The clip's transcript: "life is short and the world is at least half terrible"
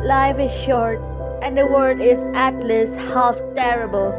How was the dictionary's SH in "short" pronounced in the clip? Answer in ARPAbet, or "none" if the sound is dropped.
SH